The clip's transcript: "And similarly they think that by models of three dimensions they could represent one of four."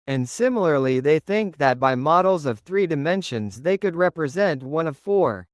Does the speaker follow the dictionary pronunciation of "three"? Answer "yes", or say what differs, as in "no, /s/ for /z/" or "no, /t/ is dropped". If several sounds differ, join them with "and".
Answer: yes